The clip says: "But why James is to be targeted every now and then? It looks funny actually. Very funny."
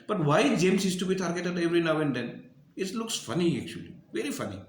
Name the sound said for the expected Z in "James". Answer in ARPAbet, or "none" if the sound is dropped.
S